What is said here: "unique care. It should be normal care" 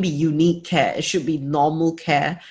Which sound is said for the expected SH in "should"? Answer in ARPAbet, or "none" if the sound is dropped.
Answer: SH